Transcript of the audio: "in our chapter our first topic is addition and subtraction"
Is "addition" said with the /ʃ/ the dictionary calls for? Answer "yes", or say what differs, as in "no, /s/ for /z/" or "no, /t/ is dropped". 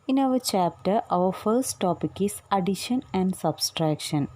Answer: yes